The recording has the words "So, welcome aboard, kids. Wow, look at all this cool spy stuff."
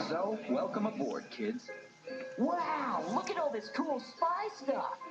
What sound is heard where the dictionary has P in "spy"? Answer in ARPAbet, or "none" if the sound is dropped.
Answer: P